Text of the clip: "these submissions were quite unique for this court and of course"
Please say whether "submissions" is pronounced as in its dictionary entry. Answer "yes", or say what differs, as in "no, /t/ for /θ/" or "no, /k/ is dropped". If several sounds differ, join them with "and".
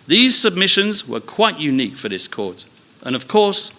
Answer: yes